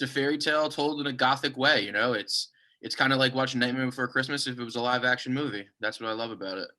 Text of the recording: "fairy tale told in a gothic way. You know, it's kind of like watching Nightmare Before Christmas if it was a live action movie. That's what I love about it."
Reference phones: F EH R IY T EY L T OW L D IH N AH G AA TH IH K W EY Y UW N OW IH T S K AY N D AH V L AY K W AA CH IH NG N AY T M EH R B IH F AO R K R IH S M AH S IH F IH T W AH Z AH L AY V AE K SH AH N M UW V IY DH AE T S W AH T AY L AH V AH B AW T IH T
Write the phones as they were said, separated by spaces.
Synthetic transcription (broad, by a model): F EH R IY T EY L T OW L D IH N AH G AA TH IH K W EY Y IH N OW IH T S K AY N D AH L AY K W AA CH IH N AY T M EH B IH F AO R K R IH S M AH S IH F IH T W AH Z AH L AY V AE K SH AH N M UW V IY DH AE T S W AH T AY L AH V AH B AW T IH T